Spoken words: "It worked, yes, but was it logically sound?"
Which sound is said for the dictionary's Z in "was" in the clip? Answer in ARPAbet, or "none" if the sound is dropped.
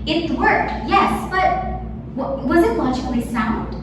Z